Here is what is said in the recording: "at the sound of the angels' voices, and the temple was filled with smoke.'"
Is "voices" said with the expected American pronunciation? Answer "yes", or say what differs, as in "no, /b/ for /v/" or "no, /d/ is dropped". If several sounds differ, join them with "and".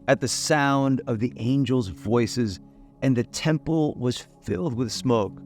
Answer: yes